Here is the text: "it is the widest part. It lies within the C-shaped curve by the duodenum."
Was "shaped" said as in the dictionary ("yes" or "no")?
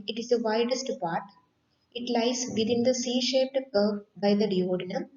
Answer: yes